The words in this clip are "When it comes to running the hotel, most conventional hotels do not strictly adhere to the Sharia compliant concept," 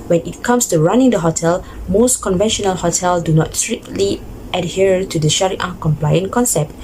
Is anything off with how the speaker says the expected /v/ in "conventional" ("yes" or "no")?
no